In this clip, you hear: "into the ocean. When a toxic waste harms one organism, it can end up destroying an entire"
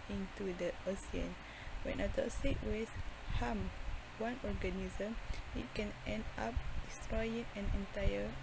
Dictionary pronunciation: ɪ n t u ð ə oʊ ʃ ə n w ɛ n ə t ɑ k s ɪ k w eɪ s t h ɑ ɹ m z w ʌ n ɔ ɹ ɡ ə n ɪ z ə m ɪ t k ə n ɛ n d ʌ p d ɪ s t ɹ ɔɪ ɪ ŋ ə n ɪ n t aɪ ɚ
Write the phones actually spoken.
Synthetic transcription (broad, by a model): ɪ n t u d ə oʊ s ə n w ɛ n ə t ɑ s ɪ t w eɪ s h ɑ m w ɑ n ɔ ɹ ɡ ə n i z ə m ɪ t k ə n ɛ n d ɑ p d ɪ s t ɹ ɔɪ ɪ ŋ ə n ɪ n t aɪ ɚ